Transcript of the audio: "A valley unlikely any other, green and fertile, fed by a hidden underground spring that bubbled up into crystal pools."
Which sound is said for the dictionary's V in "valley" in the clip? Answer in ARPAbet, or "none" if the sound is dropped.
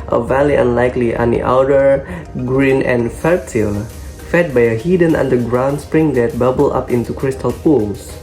V